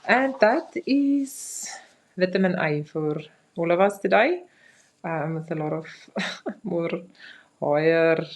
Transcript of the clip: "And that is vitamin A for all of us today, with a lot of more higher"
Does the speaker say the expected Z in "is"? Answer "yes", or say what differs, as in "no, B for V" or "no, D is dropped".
no, S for Z